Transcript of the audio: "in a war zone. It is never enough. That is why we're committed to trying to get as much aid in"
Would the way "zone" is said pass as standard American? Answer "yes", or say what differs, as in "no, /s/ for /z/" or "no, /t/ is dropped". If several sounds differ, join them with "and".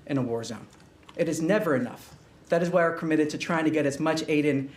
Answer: yes